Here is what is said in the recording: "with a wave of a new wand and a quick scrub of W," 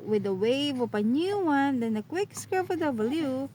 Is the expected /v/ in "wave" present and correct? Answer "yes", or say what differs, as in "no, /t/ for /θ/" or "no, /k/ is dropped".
yes